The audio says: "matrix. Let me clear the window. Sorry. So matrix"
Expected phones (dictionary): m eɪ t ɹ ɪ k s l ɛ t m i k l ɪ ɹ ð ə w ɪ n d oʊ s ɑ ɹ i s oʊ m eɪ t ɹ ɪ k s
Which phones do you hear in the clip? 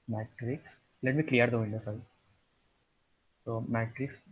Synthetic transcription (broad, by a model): m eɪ t ɹ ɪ k s l ɛ t m i k l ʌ ɹ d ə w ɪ n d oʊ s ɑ i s oʊ m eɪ t ɹ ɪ k s